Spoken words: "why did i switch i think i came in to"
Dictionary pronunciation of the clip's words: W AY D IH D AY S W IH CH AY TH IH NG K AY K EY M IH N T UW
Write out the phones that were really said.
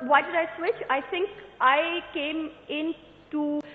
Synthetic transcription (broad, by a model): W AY D IH D AY S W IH CH AY T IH NG K AY K EY M IH N T UW